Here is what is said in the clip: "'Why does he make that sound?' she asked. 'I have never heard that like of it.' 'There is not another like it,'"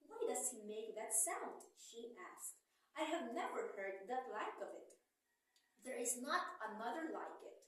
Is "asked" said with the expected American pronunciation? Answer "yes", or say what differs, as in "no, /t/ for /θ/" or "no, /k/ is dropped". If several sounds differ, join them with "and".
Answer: yes